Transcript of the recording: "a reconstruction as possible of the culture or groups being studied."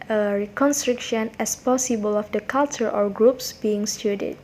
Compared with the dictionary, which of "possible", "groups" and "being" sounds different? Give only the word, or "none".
none